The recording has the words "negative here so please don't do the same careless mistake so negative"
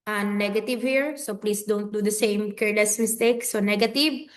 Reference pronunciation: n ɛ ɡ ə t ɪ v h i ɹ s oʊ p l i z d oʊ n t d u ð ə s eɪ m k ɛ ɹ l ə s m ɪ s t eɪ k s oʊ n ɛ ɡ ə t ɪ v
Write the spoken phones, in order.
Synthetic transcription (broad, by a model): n ɛ ɡ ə t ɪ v h i ɹ s oʊ p l i s d oʊ n t d u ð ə s eɪ m k ɛ ɹ l ə s m ɪ s t eɪ k s oʊ n ɛ ɡ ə t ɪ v